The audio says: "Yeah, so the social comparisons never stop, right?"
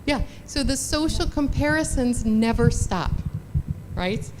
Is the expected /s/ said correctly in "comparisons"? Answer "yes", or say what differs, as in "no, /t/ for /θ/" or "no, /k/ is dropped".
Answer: yes